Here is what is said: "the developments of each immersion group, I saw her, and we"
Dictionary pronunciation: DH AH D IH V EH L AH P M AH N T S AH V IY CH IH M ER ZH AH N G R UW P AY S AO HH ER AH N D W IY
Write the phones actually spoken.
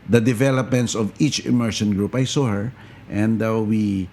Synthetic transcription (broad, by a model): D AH D IH V EH L AH P M AH N T S AH V IY CH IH M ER SH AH N G R UW P AY S AO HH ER AH N D W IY